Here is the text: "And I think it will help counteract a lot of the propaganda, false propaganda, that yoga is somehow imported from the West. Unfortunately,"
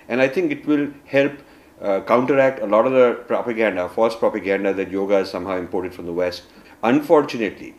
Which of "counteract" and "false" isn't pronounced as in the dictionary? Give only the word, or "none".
false